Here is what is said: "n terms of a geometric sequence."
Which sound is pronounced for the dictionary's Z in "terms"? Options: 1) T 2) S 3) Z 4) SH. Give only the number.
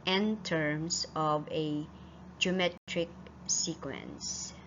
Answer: 2